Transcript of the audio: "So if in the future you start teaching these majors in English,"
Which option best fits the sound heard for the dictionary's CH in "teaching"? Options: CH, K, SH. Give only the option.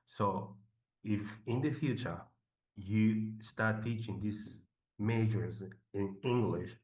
CH